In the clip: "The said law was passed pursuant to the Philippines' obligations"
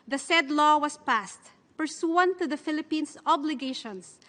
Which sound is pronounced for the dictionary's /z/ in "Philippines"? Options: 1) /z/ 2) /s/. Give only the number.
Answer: 2